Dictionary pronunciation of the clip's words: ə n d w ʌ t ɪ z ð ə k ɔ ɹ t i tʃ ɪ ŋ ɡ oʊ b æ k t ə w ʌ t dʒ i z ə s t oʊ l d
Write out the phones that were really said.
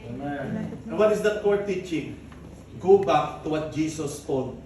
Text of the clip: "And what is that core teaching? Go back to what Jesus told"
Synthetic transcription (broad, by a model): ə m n w ʌ t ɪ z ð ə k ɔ ɹ t i tʃ ɪ ŋ ɡ oʊ b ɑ k t ə w ʌ t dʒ i s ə s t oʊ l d